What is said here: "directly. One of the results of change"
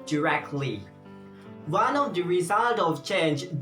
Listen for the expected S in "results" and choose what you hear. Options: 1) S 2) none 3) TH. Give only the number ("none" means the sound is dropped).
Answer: 2